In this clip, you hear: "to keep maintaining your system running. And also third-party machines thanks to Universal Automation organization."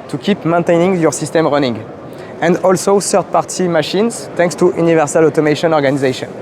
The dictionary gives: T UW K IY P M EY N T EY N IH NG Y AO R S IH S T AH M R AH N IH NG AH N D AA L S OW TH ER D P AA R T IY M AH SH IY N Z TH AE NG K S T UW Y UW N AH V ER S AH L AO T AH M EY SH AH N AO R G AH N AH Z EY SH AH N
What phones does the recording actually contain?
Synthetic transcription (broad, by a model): T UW K IY P M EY N T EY N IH NG Y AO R S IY S T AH M R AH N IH NG AH N D AA L S OW S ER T P AA R T IY M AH SH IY N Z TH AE NG K S T UW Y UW N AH V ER S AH L AO T AH M EY SH AH N AO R G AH N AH Z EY SH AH N